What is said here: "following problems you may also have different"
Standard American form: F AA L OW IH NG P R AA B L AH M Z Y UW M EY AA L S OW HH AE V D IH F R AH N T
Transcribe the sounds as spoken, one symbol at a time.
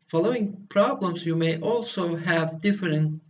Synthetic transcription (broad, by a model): F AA L OW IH NG P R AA B L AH M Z Y UW M EY AA L S OW HH AE V D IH F R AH N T